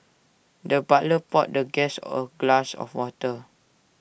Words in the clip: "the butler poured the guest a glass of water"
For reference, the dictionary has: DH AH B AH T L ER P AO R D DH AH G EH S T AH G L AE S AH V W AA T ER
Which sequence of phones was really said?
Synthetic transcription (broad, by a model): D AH B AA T L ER P AO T D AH G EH S AH G L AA S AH F W AA T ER